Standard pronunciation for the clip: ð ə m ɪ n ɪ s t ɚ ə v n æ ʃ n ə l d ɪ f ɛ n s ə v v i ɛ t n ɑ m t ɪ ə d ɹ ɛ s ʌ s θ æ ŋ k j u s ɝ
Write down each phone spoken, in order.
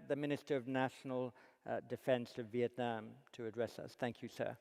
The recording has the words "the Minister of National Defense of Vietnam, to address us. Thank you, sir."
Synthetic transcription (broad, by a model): ð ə m ɪ n ɪ s t ɚ ə v n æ ʃ n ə l d ɪ f ɛ n s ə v v i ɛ t n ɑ m t ɪ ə d ɹ ɛ s ʌ s θ æ ŋ k j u s ɝ